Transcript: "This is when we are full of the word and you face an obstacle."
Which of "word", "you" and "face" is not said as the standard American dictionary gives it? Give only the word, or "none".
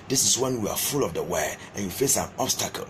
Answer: word